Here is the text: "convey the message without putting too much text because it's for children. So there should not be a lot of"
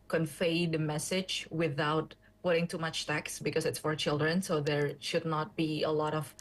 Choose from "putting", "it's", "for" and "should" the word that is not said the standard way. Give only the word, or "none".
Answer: none